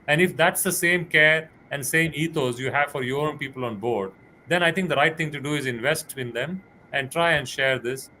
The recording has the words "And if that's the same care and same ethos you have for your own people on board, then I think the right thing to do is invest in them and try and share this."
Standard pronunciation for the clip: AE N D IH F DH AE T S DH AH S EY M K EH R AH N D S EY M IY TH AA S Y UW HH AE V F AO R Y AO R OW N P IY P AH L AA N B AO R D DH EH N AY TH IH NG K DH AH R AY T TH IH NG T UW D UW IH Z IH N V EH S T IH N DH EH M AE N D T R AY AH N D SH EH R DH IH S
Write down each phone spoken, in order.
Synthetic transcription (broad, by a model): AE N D IH F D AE T S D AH S EY M K EH R AH N D S EY M IY T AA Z Y UW HH AE V F AO R Y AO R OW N P IY P AH L AA N B AO R D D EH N AY T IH NG K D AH R AY T T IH NG T UW D UW IH Z IH N V EH S T IH N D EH M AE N D T R AY AH N D SH EH R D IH S